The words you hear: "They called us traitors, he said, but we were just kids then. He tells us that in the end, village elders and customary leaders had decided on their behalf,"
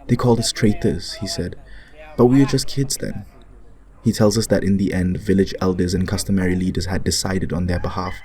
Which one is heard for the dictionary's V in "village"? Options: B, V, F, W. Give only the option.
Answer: V